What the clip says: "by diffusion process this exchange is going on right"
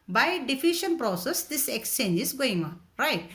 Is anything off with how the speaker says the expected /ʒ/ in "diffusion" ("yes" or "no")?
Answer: yes